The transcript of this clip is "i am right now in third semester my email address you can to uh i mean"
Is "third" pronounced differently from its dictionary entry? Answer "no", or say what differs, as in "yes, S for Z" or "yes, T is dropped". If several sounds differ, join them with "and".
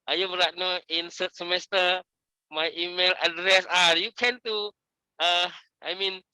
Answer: yes, S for TH